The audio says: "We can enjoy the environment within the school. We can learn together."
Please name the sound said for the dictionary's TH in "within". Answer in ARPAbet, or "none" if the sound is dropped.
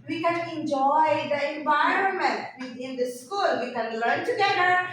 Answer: T